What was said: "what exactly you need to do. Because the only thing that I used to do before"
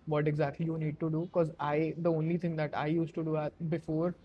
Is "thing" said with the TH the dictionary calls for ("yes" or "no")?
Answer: no